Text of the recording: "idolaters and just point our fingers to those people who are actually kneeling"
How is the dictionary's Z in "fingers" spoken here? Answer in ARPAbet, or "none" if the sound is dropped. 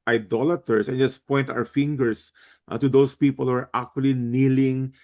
S